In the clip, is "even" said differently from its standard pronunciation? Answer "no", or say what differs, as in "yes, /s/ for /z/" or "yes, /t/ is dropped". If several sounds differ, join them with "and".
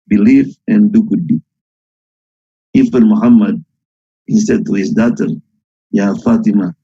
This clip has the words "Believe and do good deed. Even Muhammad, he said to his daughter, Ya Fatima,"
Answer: yes, /f/ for /v/